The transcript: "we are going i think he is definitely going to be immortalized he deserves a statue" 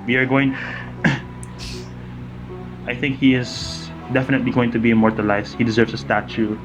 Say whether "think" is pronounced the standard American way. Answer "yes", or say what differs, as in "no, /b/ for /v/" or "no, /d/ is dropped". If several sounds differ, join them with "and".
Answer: yes